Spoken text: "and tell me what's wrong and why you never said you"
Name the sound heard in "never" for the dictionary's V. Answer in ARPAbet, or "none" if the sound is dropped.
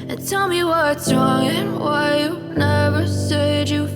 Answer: V